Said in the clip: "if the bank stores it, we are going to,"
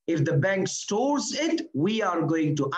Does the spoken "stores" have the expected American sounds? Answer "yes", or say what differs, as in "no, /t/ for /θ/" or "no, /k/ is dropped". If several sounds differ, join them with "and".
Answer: yes